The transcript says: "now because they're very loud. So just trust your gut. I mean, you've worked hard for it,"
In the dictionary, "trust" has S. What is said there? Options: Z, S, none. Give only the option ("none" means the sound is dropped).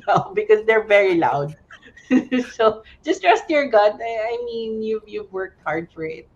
S